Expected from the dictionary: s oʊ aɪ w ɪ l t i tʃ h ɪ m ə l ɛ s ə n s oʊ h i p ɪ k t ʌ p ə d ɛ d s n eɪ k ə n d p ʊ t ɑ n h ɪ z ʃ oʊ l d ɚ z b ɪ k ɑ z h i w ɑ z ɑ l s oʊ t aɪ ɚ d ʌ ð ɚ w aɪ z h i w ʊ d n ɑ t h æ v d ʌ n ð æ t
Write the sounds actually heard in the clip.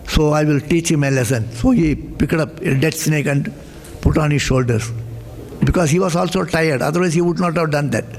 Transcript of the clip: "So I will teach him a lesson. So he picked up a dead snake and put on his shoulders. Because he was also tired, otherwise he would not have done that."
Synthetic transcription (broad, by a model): s oʊ aɪ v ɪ l t i tʃ h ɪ m ə l ɛ s ə n s oʊ h i p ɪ k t ʌ p ə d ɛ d s n eɪ k ə n d p ʊ t ɑ n h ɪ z ʃ oʊ l d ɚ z b ɪ k ɑ z h i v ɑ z ɑ l s oʊ t aɪ ɚ d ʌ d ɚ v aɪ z h i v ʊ d n ɑ t h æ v d ʌ n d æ t